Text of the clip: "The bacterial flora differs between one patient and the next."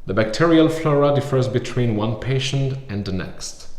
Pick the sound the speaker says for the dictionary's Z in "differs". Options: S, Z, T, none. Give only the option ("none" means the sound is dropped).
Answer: Z